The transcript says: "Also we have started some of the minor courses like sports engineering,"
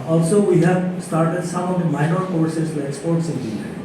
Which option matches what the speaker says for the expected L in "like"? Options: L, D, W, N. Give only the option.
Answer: W